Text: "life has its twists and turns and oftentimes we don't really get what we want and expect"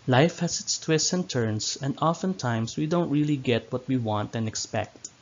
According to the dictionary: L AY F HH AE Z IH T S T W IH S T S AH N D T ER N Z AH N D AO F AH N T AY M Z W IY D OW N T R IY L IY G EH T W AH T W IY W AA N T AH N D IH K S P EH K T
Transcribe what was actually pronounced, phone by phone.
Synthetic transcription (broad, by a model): L AY F HH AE S IH T S T W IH S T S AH N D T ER N S AH N D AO F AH N T AY M S W IY D OW N T R IY L IY G EH T W AH T W IY W AA N T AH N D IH K S P EH K T